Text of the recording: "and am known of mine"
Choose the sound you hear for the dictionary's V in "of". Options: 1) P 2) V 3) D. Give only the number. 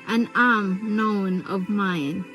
2